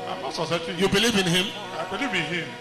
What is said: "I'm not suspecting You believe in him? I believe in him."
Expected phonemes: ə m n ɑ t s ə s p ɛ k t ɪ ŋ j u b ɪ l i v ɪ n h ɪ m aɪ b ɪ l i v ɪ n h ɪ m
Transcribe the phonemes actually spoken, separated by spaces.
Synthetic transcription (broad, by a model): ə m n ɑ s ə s ɑ t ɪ j u b ɪ l i v ɪ n h ɪ m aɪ b ɪ l i v ɪ n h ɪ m